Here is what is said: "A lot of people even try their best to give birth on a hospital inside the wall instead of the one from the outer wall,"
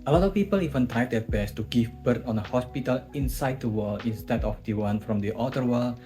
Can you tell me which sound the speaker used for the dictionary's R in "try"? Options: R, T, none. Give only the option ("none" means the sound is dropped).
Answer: none